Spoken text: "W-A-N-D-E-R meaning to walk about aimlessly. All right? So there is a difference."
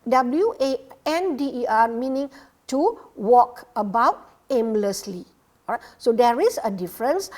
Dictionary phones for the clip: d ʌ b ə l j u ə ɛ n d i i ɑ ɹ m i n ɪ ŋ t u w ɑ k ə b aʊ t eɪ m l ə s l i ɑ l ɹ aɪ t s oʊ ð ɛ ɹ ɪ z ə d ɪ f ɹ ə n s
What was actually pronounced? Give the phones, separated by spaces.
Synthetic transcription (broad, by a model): d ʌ b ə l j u ə ɛ n d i i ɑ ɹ m i n ɪ ŋ t u w ɑ k ə b aʊ t eɪ m l ə s l i ɑ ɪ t s oʊ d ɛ ɹ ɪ s ə d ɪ f ɹ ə n s